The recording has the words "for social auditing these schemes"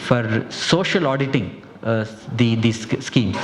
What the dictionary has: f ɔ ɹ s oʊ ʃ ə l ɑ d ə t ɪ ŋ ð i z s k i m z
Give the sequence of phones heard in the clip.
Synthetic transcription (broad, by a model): f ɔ ɹ s oʊ ʃ ə l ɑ d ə t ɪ ŋ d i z s k i m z